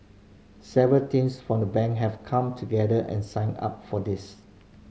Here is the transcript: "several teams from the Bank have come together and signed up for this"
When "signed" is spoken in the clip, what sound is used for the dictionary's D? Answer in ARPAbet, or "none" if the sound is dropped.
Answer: none